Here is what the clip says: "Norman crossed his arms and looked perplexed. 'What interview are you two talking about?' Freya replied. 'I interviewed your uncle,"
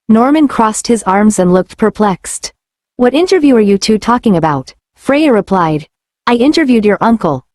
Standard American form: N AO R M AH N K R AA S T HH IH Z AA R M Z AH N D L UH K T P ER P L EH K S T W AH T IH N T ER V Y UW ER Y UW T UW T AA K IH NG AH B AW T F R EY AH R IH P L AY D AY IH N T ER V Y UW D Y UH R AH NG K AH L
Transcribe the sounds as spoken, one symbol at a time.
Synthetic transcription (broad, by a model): N AO R M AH N K R AA S T HH IH Z AA R M Z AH N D L UH K T P ER P L EH K S T W AH T IH N T ER V Y UW ER Y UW T UW T AA K IH NG AH B AW T F R EY AH R IH P L AY D AY IH N T ER V Y UW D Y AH R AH NG K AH L